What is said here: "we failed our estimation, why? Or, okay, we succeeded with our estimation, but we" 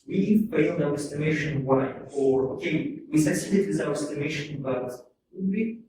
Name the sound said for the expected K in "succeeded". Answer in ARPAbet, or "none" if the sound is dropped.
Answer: none